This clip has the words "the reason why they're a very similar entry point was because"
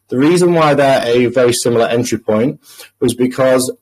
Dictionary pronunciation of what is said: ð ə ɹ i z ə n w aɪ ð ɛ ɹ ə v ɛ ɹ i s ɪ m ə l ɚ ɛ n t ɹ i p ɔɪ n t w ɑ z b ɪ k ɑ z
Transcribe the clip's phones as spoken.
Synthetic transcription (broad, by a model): ð ə ɹ i z ə n w aɪ ð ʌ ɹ ə v ɛ ɹ i s ɪ m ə l ɚ ɛ n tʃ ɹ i p ɔɪ n t w ɑ z b ɪ k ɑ z